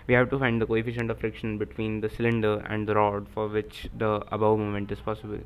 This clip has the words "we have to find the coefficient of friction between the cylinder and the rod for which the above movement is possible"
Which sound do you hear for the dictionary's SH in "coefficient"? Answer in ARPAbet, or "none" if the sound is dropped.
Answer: SH